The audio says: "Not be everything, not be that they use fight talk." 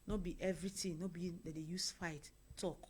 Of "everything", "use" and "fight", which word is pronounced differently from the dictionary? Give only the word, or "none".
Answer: everything